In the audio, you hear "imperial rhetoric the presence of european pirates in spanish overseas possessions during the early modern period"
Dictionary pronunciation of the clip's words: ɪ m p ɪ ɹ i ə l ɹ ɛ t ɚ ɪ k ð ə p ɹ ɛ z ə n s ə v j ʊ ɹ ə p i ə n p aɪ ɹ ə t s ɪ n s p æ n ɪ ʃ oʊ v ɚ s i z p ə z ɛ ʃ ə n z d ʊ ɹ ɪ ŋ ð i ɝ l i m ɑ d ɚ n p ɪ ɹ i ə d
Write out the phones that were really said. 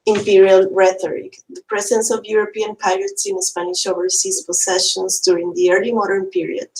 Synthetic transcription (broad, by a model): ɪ m p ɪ ɹ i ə l ɹ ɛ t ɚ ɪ k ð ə p ɹ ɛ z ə n s ə v j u ɹ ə p i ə n p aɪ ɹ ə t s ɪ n s p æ n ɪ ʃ oʊ v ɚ s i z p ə s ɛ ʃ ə n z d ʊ ɹ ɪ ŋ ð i ɝ l i m ɑ d ɚ n p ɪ ɹ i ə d